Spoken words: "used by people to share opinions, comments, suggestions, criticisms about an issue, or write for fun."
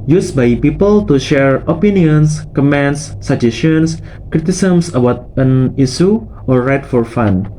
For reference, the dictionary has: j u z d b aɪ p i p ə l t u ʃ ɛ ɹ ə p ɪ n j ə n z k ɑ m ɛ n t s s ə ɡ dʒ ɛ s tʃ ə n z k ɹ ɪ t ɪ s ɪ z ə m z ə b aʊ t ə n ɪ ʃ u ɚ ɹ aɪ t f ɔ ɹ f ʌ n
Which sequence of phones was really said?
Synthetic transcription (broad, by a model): j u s b aɪ p i p ə l t u ʃ ɛ ɹ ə p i n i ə n s k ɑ m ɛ n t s s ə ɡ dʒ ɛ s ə n s k ɹ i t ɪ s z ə m s ə b aʊ t ə n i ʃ u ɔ ɹ aɪ t f ɔ ɹ f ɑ n